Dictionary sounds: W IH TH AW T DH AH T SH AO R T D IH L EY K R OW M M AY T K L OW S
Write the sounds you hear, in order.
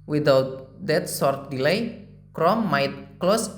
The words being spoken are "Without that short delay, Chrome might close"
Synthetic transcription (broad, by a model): W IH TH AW T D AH T S AO R T D IH L EY K R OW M M AY T K L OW S